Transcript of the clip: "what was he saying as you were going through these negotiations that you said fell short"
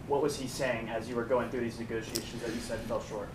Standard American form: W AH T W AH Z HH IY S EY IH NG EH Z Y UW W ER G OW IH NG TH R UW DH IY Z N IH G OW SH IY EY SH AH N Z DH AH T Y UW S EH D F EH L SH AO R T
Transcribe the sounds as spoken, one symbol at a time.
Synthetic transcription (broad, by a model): W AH T W AH Z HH IY S EY IH NG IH Z Y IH W ER G OW IH NG TH R UW DH IY Z N IH G OW SH IY EY SH AH N Z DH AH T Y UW S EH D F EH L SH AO R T